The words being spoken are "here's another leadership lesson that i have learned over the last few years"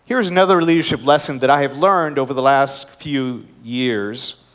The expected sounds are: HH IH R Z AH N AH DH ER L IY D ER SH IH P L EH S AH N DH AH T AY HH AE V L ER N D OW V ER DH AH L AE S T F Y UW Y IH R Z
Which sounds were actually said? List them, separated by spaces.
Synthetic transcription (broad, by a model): HH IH R Z AH N AH DH ER L IY D ER SH IH P L EH S AH N DH AH T AY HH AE V L ER N D OW V ER DH AH L AE S T F Y UW Y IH R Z